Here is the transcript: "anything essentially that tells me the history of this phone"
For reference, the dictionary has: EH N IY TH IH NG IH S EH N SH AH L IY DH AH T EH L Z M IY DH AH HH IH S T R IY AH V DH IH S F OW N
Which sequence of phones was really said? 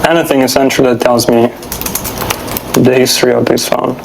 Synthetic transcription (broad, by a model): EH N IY TH IH NG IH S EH N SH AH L DH AH T EH L Z M IY DH AH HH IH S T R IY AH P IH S F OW N